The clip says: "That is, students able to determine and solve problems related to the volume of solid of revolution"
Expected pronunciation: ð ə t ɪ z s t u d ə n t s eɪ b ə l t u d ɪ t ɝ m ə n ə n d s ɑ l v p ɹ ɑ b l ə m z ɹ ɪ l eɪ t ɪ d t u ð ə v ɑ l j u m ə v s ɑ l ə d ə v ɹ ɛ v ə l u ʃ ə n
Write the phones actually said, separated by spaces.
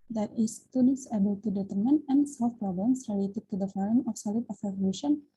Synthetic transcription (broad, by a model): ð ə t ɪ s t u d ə n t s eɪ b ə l t u d ɪ t ɝ m ə n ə n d s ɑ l f p ɹ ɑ b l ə m s ɹ ɪ l eɪ t ɪ d t u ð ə f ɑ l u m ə f s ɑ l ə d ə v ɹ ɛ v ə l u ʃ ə n